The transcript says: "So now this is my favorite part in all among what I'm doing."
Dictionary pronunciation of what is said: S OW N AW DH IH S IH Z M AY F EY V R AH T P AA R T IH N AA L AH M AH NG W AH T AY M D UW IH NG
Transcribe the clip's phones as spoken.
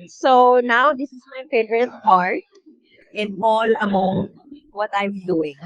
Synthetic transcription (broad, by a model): S OW N AW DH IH S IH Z M AY P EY R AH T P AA R T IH N AA L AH M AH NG W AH T AY M D UW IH NG